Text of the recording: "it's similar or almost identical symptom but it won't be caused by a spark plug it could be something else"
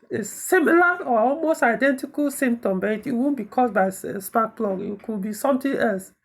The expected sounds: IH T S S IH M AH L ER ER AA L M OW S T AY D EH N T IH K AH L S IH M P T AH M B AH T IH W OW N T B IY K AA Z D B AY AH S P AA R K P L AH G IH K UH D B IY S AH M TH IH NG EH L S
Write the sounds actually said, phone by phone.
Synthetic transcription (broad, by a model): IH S S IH M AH L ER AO AA L M OW S T AY D EH N T IH K AH L S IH M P T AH M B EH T IH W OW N B IY K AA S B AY AH S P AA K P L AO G IH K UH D B IY S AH M T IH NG EH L S